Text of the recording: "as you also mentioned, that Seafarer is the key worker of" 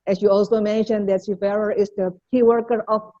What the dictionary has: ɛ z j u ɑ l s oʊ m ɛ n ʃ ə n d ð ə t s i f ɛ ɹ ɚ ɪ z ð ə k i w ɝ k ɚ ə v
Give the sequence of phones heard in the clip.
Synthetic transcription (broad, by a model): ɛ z j u ɑ l s oʊ m ɛ n ʃ ə n d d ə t ʃ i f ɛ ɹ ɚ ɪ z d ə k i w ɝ k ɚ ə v